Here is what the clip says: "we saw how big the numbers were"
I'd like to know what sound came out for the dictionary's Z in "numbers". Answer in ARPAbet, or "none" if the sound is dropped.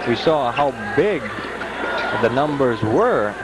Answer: Z